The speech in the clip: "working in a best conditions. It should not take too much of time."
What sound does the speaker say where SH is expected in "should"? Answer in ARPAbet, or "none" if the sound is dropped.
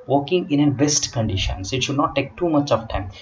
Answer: SH